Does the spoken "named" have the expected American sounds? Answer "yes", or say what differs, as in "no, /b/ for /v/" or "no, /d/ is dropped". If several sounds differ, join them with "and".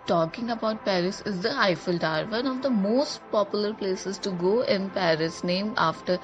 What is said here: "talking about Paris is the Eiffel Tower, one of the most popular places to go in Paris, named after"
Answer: no, /d/ is dropped